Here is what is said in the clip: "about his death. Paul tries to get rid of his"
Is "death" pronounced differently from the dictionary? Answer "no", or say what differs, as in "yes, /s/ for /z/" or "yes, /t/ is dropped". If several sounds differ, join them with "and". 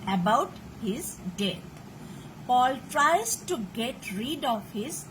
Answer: yes, /t/ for /θ/